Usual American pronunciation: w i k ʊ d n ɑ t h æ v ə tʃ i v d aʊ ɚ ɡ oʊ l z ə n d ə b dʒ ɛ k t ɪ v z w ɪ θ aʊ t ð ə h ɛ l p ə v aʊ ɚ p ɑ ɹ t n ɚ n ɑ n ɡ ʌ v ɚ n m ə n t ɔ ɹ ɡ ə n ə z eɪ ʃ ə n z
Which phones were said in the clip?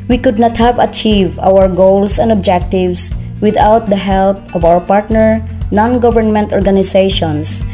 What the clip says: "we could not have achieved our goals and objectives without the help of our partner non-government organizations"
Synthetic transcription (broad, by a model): w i k ʊ d n ɑ t h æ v ə tʃ i v d aʊ ɚ ɡ oʊ l s ə n d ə b dʒ ɛ k t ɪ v s w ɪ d aʊ t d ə h ɛ l p ə v aʊ ɚ p ɑ ɹ t n ɚ n ɑ n ɡ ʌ v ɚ n m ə n t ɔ ɹ ɡ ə n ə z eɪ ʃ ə n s